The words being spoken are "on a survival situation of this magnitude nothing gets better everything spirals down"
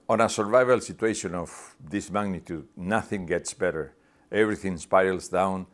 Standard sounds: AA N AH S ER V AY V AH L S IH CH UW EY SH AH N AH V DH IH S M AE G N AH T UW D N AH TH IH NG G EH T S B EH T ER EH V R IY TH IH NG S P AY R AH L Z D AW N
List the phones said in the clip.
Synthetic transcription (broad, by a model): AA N AH S ER V AY V AH L S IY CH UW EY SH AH N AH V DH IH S M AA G N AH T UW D N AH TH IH NG G EH T S B EH T ER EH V R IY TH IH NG S P AY L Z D AW N